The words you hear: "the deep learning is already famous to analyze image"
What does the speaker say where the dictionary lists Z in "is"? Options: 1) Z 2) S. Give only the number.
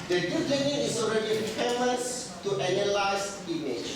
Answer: 2